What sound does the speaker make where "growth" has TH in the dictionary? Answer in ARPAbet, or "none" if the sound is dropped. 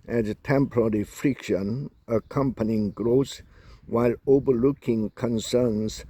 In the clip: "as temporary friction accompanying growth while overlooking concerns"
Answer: S